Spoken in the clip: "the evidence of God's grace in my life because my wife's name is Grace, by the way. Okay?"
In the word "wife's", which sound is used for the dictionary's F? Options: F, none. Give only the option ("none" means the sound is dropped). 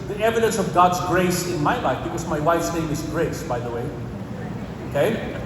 F